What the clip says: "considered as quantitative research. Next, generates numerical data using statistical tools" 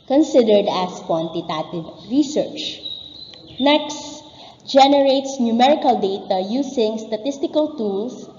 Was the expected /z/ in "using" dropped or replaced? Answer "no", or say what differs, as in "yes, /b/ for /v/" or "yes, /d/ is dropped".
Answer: yes, /s/ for /z/